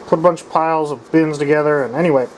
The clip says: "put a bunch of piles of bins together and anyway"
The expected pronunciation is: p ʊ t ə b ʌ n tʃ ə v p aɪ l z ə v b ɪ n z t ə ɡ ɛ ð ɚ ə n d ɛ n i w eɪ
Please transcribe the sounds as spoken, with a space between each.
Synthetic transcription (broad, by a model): p ʊ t ə b ʌ n tʃ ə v p aɪ l z ə v b ɪ n z t ə ɡ ɛ ð ɚ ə n ɛ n i w eɪ